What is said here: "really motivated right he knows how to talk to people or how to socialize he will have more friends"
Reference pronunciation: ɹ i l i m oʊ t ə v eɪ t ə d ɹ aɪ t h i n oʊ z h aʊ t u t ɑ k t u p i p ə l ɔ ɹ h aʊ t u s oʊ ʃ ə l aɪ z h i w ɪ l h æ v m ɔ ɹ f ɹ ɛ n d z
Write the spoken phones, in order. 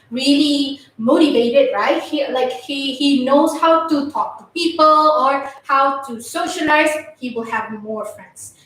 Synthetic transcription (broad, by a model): ɹ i l i m oʊ t ə v eɪ t ə d ɹ aɪ t h i n oʊ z h aʊ t u t ɑ k t u p i p ə l ɔ ɹ h aʊ t u s oʊ ʃ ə l aɪ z h i w ɪ l h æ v m ɔ ɹ f ɹ ɛ n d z